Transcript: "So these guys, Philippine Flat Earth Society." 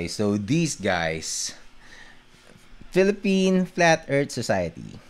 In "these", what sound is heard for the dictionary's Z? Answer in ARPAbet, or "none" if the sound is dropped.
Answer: S